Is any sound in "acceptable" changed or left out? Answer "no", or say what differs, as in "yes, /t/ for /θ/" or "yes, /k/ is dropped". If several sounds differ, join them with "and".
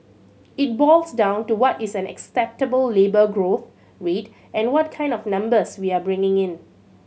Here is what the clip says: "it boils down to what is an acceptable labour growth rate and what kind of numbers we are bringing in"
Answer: no